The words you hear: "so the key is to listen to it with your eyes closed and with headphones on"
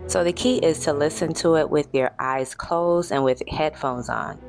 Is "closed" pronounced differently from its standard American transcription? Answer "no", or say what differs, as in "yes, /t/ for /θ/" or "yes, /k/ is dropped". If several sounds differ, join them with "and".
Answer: yes, /d/ is dropped